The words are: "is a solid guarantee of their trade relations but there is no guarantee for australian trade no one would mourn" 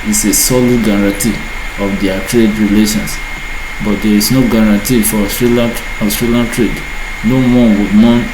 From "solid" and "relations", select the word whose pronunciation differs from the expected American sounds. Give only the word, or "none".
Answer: relations